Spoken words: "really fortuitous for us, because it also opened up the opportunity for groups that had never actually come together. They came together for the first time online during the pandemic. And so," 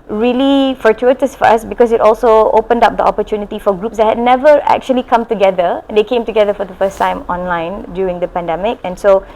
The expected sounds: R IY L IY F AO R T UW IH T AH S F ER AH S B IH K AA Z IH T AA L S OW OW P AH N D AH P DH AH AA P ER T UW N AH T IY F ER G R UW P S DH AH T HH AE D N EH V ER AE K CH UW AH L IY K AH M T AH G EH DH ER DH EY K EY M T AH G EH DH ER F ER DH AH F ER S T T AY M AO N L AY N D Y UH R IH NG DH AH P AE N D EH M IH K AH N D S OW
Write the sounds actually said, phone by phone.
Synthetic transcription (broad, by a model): R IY L IY F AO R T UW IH T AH S F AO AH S B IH K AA S IH T AA L S OW OW P AH N D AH P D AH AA P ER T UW N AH T IY F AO G R UW P S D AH T HH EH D N EH V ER AE K CH UW AH L IY K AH M T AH G EH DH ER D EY K EY M T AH G EH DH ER F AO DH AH F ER S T T AY M AO N L AY N D Y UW R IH NG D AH P AE N D EH M IH K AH N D S OW